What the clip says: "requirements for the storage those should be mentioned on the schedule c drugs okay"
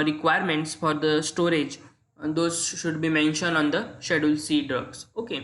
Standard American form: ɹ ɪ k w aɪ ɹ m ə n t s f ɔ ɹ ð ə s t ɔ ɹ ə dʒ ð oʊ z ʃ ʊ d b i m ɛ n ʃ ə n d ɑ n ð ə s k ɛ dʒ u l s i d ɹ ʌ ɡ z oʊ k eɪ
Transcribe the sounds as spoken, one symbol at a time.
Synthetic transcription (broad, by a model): ɹ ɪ k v aɪ ɹ m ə n t s f ɔ ɹ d ə s t ɔ ɹ ə dʒ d oʊ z ʃ ʊ d b i m ɛ n ʃ ə n d ɑ n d ə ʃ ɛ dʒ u l s i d ɹ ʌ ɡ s oʊ k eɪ